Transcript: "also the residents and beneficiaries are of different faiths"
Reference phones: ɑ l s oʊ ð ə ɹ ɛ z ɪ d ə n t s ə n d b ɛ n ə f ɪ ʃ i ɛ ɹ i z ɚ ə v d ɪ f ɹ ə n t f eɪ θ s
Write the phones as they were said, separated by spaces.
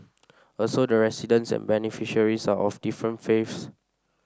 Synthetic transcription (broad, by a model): ɑ l s oʊ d ə ɹ ɛ s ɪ d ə n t s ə n b ɛ n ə f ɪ ʃ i ɹ i s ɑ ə f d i f ɹ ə n t f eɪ f s